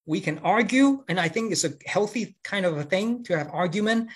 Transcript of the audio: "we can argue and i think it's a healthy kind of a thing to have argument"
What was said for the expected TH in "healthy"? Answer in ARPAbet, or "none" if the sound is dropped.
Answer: TH